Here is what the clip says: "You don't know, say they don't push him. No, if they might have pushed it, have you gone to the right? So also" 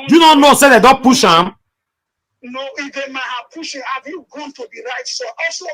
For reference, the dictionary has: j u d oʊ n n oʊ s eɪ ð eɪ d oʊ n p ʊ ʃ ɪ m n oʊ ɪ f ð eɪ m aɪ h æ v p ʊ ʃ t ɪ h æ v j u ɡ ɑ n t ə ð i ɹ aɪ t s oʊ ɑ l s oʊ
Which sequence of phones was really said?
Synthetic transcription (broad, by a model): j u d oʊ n n oʊ s eɪ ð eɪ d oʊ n p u ʃ ɪ m n oʊ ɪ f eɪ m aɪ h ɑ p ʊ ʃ ɪ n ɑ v j u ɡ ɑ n t ə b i ɹ aɪ t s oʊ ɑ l s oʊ